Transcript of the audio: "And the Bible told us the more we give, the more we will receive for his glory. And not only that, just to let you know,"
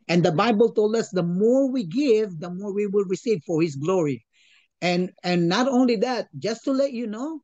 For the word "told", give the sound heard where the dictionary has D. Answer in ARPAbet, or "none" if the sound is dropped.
D